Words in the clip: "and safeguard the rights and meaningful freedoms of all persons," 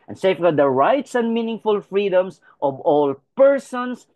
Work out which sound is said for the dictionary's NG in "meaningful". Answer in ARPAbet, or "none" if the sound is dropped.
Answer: NG